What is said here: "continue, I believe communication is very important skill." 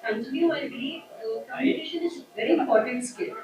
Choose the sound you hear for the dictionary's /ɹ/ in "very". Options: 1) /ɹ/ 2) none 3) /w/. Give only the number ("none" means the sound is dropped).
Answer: 1